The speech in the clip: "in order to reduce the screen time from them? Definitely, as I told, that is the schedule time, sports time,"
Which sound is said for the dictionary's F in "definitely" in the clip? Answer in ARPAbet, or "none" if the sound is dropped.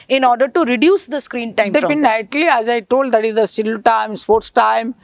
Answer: P